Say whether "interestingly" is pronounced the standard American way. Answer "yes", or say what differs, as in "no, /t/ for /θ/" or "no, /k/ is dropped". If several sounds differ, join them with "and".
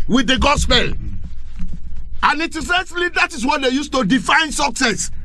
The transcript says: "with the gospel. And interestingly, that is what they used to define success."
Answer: no, /n/ is dropped